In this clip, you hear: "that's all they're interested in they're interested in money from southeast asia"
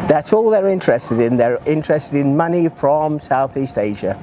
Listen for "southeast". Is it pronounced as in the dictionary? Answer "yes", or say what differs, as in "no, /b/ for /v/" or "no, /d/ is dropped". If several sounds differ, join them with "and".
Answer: yes